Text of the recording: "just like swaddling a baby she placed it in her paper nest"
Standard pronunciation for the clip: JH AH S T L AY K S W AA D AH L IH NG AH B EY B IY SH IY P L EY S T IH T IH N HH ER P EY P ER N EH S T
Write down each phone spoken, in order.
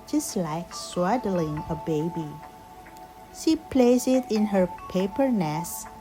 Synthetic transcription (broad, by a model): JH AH S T L AY K S W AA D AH L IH NG AH B EY B IY SH IY P L EY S IH T IH N HH ER P EY P ER N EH S